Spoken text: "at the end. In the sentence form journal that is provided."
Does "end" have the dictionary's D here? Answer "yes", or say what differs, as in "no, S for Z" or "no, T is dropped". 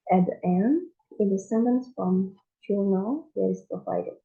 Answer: no, D is dropped